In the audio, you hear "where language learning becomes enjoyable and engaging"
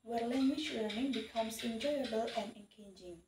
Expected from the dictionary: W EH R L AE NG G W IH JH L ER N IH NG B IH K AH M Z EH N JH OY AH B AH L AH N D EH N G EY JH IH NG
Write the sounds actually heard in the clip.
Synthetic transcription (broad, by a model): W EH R L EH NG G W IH CH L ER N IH NG B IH K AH M S EH N JH OY AH B AH L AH N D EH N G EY JH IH NG